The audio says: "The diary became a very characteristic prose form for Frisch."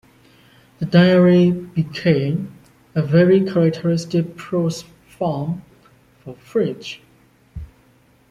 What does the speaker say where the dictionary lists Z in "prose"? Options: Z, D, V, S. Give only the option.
S